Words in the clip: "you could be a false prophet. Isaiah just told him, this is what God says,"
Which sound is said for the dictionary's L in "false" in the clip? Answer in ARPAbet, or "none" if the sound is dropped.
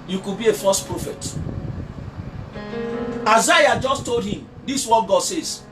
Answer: none